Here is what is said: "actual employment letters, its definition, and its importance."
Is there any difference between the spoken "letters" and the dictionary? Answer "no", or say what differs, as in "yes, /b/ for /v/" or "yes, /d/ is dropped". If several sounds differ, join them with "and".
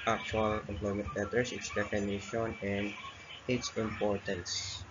yes, /s/ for /z/